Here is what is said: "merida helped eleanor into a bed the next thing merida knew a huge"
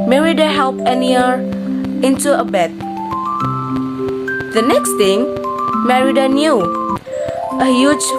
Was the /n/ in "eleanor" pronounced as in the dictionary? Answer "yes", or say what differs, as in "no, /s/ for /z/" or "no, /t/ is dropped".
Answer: no, /n/ is dropped